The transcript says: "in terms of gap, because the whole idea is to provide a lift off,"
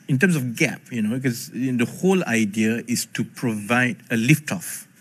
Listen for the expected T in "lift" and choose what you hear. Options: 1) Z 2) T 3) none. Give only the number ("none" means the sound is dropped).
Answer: 2